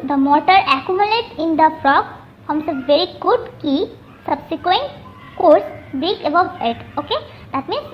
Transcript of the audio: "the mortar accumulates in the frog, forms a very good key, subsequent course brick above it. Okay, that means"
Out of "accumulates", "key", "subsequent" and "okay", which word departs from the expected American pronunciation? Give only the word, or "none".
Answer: accumulates